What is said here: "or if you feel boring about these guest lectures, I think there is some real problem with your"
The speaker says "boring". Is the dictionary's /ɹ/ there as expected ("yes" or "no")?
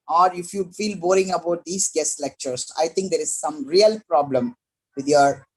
yes